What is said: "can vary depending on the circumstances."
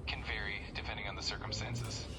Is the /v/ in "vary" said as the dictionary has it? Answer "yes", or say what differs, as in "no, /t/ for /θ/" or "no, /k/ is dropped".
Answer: yes